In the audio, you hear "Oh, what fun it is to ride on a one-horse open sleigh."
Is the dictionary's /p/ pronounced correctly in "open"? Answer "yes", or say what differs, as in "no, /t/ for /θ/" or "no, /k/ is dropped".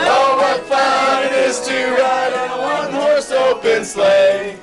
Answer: no, /b/ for /p/